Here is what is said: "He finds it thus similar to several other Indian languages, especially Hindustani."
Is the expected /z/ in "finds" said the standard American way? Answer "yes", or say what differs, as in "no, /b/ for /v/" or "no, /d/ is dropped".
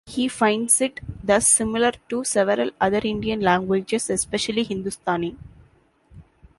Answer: no, /s/ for /z/